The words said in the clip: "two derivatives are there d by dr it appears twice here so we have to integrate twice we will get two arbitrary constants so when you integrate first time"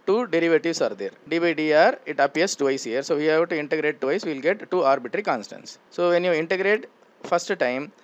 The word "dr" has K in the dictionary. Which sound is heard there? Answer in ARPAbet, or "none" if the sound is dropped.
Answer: none